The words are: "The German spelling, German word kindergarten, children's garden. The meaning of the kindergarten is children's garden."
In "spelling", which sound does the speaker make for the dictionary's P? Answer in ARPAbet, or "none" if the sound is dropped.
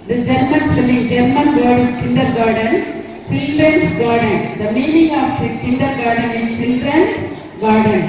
none